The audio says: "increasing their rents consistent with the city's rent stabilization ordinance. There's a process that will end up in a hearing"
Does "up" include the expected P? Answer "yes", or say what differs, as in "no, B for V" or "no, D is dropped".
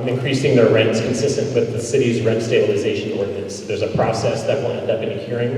no, B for P